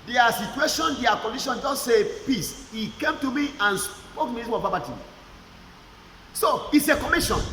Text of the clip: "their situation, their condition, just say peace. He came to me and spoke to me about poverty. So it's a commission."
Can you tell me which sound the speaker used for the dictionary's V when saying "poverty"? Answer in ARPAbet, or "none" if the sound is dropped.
B